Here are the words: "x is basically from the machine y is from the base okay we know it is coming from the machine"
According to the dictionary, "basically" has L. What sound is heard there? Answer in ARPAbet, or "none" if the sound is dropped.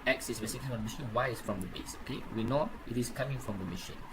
none